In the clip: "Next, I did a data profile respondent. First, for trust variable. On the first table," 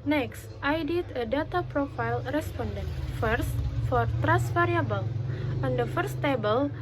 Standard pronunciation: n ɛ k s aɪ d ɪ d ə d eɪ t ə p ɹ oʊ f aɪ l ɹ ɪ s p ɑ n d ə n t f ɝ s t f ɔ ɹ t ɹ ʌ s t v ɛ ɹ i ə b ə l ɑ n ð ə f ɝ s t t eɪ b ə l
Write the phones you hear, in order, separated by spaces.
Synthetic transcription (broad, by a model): n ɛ k s aɪ d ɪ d ə d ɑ t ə p ɹ oʊ f aɪ l ɹ ɪ s p ɑ n d ə n t f ɝ s t f ɔ ɹ t ɹ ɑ s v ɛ ɹ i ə b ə l ɑ n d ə f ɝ s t t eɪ b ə l